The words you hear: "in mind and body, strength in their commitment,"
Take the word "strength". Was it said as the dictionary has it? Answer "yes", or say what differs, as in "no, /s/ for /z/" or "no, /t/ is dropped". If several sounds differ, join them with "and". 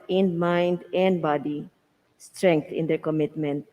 no, /t/ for /θ/